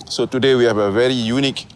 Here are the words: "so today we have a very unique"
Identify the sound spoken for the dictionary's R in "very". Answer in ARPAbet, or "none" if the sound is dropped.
R